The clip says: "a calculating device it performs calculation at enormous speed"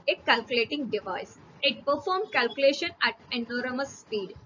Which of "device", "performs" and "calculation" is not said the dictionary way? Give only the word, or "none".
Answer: performs